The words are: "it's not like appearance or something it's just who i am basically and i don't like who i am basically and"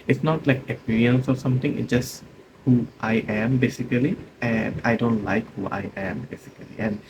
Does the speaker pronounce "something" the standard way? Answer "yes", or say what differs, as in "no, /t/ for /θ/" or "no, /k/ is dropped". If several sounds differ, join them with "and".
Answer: no, /t/ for /θ/